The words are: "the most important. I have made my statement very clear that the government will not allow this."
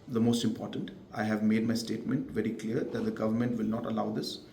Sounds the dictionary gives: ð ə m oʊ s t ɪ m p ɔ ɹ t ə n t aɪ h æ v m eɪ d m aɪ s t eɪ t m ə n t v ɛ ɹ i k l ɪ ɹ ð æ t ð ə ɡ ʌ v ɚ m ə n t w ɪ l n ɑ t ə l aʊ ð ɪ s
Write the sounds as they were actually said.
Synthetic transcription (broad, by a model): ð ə m oʊ s t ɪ m p ɔ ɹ t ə n t aɪ h æ v m eɪ d m aɪ s t eɪ t m ə n t v ɛ ɹ i k l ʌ ɹ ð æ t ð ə ɡ ʌ v ɚ m ə n t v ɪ l n ɑ t ə l aʊ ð ɪ s